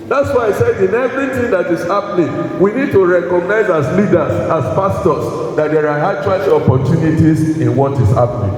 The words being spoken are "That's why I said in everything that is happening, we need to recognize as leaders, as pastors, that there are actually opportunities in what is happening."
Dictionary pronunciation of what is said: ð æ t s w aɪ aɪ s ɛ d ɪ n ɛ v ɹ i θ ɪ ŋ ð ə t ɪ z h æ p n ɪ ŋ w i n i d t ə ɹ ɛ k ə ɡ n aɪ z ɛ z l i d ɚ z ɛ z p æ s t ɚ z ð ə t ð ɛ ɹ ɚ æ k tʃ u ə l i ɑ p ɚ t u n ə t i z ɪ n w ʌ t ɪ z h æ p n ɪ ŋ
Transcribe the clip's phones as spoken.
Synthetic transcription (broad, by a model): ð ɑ t s w aɪ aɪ s ɛ d ɪ n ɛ v ɹ i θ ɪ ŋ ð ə t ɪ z h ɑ p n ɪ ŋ w i n i d t ə ɹ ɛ k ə ɡ n aɪ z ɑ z l i d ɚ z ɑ s p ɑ s t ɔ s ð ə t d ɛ ɹ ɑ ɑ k tʃ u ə l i ɑ p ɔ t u n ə t i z ɪ n w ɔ t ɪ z h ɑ p n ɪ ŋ